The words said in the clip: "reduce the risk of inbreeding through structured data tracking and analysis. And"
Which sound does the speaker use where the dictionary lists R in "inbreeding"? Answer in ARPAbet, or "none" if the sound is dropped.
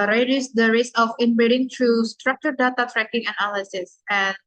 none